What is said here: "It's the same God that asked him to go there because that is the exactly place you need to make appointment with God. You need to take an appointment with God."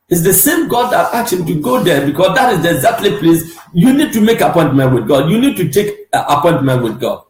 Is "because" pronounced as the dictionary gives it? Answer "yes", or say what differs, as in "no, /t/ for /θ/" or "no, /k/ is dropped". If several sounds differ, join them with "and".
no, /s/ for /z/